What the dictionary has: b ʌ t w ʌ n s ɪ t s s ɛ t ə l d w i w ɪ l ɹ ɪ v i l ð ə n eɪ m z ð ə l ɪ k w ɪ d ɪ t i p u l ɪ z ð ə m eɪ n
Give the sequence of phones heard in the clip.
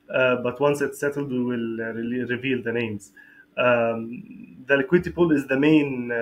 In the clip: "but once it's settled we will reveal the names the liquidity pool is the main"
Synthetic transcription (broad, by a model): b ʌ t w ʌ n s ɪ t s s ɛ t ə l d w i w ɪ l ɹ ɪ v i l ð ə n eɪ m z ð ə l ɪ k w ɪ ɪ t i p u l ɪ z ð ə m eɪ n